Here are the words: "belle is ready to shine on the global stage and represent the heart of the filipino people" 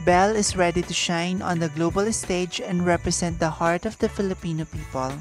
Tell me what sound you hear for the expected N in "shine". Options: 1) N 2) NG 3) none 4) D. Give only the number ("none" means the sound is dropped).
1